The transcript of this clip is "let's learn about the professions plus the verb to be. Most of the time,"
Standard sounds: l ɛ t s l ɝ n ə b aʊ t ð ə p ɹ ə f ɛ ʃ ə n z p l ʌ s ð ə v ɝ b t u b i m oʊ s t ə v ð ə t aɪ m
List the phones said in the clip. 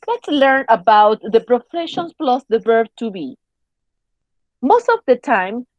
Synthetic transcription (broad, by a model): l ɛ t s l ɝ n ə b aʊ t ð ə p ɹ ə f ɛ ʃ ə n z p l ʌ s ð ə b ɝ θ t u b i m oʊ s t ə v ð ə t aɪ m